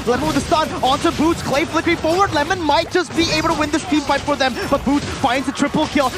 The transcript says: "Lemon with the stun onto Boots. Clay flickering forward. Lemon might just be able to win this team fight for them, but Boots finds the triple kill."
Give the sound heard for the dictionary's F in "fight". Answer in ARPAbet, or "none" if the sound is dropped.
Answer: P